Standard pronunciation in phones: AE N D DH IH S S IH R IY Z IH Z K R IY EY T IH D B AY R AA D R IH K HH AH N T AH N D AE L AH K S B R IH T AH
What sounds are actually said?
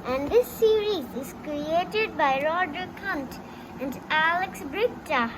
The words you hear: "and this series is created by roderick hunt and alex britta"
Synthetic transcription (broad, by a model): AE N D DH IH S S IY R IY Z IH Z K R IY EY T IH D B AY R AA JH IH K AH N T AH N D AE L AH K S B R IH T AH